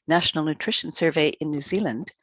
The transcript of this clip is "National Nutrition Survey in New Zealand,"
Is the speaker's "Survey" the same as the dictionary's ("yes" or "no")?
yes